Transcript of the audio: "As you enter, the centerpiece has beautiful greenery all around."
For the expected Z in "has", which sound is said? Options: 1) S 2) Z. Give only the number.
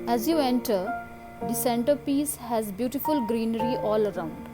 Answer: 2